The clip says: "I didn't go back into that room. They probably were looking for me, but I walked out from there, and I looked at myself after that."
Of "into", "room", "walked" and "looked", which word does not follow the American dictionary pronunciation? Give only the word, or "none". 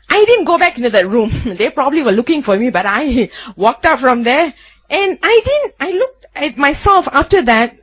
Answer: none